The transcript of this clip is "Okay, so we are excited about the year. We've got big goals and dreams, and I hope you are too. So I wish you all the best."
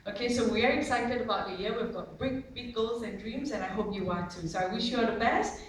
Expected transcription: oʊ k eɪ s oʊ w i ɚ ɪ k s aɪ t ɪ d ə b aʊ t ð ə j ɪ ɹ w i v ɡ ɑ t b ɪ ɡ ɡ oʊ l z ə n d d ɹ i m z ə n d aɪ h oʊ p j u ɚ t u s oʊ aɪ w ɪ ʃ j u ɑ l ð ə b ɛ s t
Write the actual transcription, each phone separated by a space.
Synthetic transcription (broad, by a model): oʊ k eɪ s oʊ w i ɚ ɪ k s aɪ t ɪ d ə b aʊ t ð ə j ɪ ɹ w i v ɡ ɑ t b ɪ ɡ ɡ oʊ l z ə n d d ɹ i m z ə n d aɪ h oʊ p j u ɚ t u s oʊ aɪ w ɪ ʃ j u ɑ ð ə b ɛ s t